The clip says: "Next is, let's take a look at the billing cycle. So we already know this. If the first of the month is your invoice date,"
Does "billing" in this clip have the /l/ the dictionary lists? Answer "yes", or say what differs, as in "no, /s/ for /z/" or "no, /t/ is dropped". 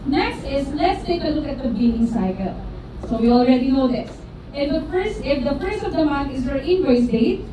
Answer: no, /n/ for /l/